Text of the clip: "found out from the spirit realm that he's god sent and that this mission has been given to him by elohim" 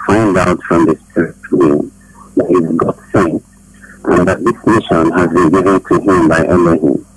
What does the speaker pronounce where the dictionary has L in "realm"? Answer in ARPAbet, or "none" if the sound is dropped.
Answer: none